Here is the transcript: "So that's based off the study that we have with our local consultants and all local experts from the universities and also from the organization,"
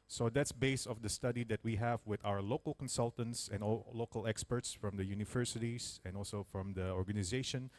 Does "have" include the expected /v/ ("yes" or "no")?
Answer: yes